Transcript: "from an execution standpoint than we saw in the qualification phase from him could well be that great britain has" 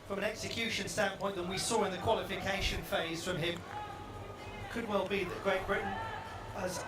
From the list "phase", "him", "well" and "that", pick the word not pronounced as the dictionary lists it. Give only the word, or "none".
none